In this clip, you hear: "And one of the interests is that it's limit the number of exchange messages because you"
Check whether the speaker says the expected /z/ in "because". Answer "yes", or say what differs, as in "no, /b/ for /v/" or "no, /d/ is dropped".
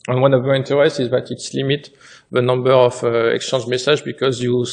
yes